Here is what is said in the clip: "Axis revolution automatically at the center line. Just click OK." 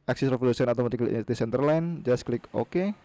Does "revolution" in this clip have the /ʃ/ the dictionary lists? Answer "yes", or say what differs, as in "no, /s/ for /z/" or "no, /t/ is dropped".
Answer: no, /s/ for /ʃ/